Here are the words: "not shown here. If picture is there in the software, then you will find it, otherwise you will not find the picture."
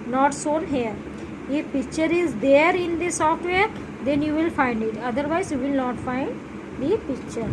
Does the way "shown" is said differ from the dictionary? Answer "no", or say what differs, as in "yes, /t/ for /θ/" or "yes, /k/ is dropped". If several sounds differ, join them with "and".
yes, /s/ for /ʃ/